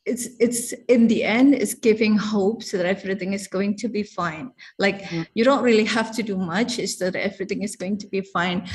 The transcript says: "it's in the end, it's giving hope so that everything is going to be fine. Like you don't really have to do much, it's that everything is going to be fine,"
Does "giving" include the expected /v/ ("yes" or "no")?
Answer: yes